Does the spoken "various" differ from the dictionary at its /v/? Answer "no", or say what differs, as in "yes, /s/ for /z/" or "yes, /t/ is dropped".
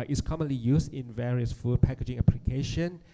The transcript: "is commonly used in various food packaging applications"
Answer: no